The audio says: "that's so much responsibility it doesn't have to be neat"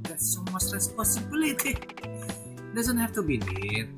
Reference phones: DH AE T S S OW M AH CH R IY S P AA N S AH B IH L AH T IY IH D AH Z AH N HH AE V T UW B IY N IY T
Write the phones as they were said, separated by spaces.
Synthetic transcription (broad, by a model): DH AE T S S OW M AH S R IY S P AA S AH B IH L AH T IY D AH Z AH N HH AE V T UW B IY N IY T